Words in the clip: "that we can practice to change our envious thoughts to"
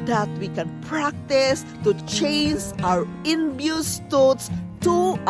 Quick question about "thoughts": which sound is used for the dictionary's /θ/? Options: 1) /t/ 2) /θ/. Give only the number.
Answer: 1